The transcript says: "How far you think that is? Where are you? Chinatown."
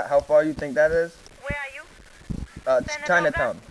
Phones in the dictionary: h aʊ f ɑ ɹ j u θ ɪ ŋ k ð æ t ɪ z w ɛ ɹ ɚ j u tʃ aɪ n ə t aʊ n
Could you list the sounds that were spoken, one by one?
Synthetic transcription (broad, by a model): h aʊ f ɑ ɹ j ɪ θ ɪ ŋ k ð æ t ɪ z w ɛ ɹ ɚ j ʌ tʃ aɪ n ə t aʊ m